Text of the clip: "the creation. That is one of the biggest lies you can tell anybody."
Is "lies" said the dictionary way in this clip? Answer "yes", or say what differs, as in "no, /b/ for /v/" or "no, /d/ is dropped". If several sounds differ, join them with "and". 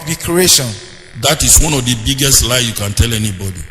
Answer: no, /z/ is dropped